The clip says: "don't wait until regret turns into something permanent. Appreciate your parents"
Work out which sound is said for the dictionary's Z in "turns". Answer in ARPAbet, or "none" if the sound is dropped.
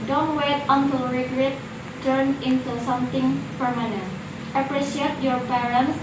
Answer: none